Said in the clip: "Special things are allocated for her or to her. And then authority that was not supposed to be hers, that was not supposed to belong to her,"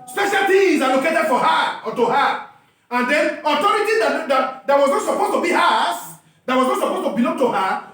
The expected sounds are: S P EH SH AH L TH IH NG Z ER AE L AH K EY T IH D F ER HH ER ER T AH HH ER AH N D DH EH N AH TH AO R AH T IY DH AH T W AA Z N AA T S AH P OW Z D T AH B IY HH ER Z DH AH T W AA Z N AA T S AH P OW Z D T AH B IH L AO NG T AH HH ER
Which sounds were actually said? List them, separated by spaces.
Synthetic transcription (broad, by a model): S P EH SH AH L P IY Z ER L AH K EY T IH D F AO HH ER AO T AH HH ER AH N D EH N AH T AO R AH T IY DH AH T W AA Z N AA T S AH P OW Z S T AH B IY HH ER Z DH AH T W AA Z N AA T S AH P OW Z T AH B IH L AO NG T AH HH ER